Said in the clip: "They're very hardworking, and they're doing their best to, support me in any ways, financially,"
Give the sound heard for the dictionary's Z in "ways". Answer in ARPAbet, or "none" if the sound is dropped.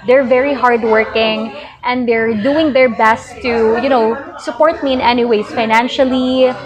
S